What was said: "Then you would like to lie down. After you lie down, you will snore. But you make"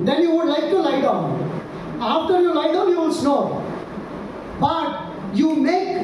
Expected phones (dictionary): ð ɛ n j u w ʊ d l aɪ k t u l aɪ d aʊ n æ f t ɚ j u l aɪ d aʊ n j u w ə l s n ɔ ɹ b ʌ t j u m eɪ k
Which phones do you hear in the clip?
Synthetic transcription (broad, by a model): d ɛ n j u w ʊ d l aɪ k t u l aɪ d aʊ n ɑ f t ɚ j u l aɪ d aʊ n j u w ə n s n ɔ b ʌ t j u m eɪ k